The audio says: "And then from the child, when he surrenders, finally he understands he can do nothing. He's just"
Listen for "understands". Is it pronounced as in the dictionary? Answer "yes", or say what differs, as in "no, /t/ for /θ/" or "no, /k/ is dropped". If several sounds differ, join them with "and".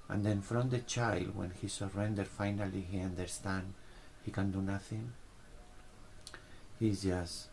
no, /z/ is dropped